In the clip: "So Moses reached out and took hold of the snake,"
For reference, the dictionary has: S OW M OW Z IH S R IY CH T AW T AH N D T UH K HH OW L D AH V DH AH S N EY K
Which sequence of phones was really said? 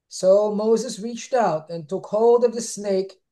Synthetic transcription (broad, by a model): S OW M OW Z IH S R IY CH T AW T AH N T UH K HH OW L D AH V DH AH S N EY K